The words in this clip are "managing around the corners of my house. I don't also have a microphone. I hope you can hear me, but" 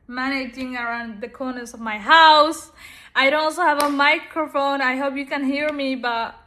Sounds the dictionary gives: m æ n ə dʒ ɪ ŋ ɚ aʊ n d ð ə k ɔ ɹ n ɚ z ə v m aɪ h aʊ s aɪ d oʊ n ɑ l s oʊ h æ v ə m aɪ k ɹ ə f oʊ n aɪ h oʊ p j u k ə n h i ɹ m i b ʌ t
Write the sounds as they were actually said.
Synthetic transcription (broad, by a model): m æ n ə dʒ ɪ ŋ ɚ aʊ n d ð ə k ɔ ɹ n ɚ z ə v m aɪ h aʊ s aɪ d oʊ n ɑ l s oʊ h æ v ə m aɪ k ɹ ə f oʊ n aɪ h oʊ p j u k ə n h i ɹ m i b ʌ t